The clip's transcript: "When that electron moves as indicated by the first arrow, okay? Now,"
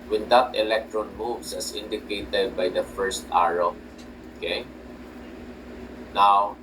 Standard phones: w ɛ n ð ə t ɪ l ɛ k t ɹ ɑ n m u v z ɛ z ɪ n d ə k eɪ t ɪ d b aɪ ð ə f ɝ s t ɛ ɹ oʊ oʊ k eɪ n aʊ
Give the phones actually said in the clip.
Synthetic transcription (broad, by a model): w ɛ n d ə t ɪ l ɛ k t ɹ ɑ n m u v s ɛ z ɪ n d ə k eɪ t ɪ d b aɪ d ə f ɝ s t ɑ ɹ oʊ oʊ k eɪ n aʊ